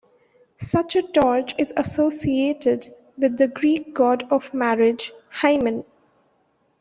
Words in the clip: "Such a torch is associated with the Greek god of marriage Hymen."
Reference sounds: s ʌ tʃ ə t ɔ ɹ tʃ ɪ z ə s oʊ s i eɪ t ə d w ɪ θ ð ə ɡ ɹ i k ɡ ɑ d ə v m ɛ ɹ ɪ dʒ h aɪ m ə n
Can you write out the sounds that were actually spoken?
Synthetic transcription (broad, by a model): s ʌ tʃ ə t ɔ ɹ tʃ ɪ z ə s oʊ s i eɪ t ə d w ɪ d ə ɡ ɹ i k ɡ ɑ d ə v m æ ɹ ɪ dʒ h aɪ m ə n